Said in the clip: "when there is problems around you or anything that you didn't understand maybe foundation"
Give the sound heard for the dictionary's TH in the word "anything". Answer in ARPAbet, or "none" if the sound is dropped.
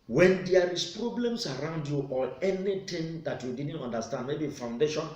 T